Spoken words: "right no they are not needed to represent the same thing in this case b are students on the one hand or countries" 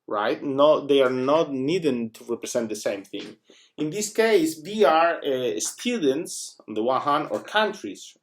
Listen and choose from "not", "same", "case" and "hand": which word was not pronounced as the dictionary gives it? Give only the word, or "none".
hand